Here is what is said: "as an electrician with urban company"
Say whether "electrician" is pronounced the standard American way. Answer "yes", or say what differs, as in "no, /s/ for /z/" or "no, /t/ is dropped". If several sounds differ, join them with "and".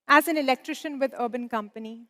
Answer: yes